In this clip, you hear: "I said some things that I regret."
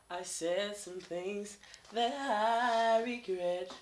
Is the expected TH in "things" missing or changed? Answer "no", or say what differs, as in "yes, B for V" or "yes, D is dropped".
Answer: no